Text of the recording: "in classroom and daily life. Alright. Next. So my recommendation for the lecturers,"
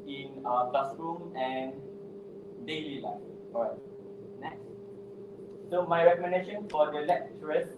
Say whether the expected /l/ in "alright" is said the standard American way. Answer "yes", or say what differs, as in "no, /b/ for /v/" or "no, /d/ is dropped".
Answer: no, /l/ is dropped